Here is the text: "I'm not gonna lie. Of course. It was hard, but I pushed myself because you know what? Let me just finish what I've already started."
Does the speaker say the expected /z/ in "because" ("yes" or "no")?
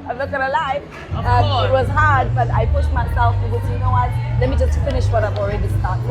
no